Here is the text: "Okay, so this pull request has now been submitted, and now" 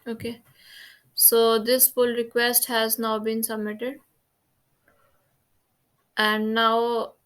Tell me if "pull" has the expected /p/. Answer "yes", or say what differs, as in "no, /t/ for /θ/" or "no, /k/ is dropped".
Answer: no, /f/ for /p/